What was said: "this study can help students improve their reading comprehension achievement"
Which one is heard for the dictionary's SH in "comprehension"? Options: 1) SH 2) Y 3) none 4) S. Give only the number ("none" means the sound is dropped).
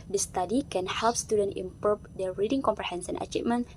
4